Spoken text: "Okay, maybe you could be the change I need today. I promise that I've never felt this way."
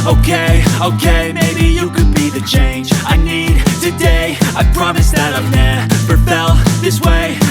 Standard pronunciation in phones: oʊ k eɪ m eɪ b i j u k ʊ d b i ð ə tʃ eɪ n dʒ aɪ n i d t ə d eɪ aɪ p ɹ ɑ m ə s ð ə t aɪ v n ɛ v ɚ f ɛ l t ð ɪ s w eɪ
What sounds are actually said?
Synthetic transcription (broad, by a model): oʊ k eɪ m eɪ b i j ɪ k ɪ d b i ð ə tʃ eɪ n dʒ aɪ n i d t ə d eɪ aɪ p ɹ ɑ m ə s ð ə t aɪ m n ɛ p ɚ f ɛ l ð ɪ s w eɪ